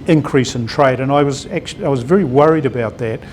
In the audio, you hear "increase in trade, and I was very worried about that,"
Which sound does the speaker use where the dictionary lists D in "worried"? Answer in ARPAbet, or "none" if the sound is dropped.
D